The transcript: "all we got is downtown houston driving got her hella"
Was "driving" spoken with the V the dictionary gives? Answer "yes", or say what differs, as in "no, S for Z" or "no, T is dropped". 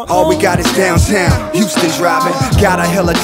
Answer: no, B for V